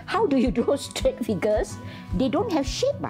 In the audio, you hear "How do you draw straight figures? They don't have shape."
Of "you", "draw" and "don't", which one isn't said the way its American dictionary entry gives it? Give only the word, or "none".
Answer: draw